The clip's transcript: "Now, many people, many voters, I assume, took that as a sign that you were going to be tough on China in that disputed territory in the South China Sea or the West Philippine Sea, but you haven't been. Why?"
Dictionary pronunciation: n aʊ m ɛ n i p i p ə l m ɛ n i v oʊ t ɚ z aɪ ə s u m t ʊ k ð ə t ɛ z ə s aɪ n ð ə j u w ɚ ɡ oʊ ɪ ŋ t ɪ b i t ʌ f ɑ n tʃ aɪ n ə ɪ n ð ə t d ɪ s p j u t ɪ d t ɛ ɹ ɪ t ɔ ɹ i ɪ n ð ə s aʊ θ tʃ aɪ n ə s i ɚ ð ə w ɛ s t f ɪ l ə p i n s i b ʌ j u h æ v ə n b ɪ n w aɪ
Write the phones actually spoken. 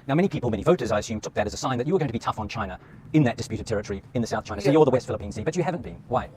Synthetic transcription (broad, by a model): n aʊ m ɛ n i p i p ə l m ɛ n i v oʊ t ɚ z aɪ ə s u m t ʊ k ð ə t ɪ z ə s aɪ n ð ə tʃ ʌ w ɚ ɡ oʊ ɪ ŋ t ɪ b i t ʌ f n tʃ aɪ n ə ɪ n ð ə t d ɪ s p j u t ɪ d t ɛ ɹ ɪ t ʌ ɹ i ɪ n ð ə s aʊ θ tʃ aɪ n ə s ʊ ɚ ð ə w ɛ s t f ɪ l ə p i n s i b ʌ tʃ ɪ h æ v ə n b ɪ n w aɪ